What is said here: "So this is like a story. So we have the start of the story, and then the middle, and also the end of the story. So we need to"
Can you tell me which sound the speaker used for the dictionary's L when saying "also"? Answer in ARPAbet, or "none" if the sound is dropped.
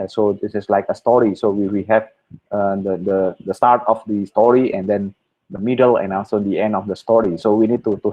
N